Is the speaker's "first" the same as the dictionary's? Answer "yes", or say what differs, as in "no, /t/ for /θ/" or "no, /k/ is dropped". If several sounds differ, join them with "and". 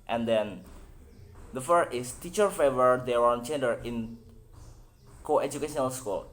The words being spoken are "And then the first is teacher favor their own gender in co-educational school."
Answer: no, /s/ is dropped